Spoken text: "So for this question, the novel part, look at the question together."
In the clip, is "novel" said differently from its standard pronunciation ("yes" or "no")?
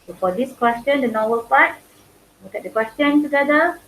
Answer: yes